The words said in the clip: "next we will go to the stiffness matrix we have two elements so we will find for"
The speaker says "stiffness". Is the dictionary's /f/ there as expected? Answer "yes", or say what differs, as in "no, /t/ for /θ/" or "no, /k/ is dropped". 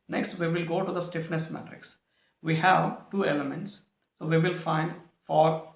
yes